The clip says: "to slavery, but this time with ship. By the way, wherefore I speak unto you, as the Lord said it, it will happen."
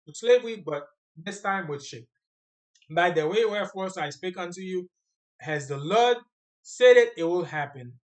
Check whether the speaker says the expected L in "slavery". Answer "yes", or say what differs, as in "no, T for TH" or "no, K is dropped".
yes